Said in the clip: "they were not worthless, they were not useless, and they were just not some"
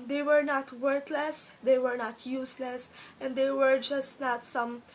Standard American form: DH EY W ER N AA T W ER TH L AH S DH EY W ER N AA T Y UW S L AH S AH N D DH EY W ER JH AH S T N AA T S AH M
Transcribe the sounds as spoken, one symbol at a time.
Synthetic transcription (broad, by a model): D EY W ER N AA T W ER T L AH S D EY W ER N AA T Y UW S L AH S AH N D EY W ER JH AH S T N AA T S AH M